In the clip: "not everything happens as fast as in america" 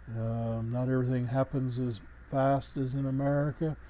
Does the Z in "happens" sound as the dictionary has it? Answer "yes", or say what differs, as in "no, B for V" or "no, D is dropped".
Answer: yes